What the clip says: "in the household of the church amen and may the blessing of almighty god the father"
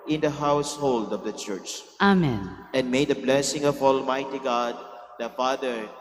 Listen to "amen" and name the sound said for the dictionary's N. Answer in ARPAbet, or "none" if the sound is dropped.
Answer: N